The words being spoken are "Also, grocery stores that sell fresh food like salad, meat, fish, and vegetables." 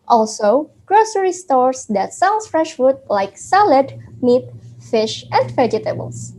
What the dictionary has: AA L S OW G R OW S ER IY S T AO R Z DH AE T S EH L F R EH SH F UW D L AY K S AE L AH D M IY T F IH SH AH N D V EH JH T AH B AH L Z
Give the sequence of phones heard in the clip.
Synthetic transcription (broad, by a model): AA L S OW G R OW S ER IY S T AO R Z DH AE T S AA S F R EH SH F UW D L AY K S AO L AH D M IY T F IH SH AH N D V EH JH T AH B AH L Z